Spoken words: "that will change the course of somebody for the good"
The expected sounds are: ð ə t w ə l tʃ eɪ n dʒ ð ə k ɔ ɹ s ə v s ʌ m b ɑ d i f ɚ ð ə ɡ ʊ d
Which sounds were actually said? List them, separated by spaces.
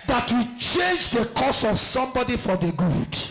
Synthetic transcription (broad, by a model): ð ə t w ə tʃ eɪ n dʒ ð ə k ɔ s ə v s ʌ m b ɑ d i f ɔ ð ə ɡ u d